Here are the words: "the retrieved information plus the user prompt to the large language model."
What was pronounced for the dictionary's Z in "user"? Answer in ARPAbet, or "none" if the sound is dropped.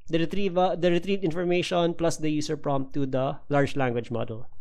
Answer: S